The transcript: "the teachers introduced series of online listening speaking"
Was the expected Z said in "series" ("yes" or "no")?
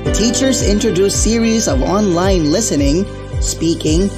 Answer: yes